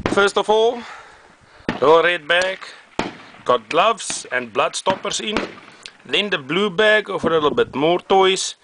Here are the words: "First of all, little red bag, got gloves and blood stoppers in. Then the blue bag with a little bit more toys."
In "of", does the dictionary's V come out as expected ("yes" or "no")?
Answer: no